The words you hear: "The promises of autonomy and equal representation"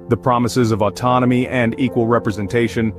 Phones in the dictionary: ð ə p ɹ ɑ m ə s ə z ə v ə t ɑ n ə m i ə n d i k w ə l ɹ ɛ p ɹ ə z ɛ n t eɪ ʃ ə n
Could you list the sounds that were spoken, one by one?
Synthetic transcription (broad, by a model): ð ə p ɹ ɑ m ə s ə z ə v ə t ɑ n ə m i ə n d i k w ə l ɹ ɛ p ɹ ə z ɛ n t eɪ ʃ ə n